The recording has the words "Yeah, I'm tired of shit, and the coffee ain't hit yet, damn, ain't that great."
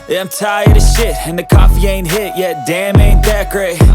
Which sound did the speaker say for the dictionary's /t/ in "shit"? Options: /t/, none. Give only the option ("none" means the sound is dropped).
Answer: /t/